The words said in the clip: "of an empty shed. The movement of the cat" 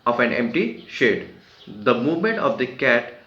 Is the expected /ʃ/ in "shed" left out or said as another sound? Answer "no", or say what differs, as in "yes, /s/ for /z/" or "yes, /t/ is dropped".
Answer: no